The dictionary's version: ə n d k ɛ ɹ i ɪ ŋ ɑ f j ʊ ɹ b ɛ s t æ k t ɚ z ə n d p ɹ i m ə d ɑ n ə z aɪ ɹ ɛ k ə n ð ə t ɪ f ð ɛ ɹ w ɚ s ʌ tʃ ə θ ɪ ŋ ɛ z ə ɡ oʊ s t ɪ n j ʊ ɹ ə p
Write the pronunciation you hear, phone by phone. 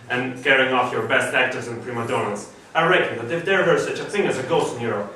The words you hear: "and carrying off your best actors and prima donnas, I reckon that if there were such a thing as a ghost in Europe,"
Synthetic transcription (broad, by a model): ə n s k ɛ ɹ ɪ ŋ ɑ f j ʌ ɹ b ɛ s t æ k t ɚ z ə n p ɹ i m ə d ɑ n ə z aɪ ɹ ɛ k ə n ð ə t ɪ f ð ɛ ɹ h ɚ s ʌ tʃ ə θ ɪ ŋ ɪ z ə ɡ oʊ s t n j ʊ ɹ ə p